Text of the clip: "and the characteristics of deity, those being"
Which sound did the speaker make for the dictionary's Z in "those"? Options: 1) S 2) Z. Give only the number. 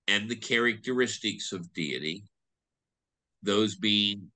2